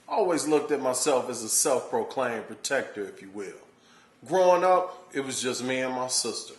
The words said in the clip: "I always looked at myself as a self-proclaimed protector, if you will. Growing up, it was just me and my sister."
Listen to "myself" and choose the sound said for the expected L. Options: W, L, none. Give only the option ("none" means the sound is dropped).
L